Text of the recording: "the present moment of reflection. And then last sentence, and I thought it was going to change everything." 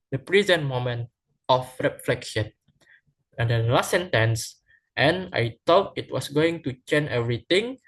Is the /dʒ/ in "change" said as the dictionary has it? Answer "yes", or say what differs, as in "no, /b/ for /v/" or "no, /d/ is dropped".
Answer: no, /dʒ/ is dropped